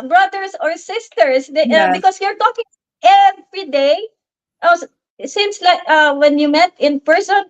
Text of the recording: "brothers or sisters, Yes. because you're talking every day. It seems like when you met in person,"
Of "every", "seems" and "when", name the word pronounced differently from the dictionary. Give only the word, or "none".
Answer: seems